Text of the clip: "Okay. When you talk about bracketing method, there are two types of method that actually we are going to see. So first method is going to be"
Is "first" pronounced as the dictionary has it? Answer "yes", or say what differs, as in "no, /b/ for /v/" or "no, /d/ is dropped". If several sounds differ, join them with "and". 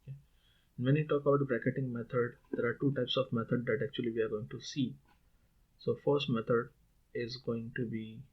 yes